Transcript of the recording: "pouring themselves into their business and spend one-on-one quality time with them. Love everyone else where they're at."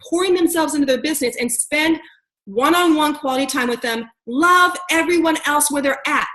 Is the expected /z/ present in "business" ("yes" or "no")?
yes